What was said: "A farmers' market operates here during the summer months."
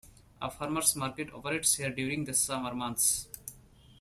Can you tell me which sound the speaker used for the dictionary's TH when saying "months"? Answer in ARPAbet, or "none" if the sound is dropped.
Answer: T